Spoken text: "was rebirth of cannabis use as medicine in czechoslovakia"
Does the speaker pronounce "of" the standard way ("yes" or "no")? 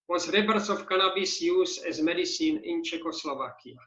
no